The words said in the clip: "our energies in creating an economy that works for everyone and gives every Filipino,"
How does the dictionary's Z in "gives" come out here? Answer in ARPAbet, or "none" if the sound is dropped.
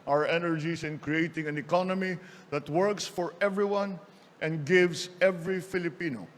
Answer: S